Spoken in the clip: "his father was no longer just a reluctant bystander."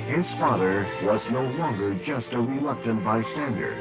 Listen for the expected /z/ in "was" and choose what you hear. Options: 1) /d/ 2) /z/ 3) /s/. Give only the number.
2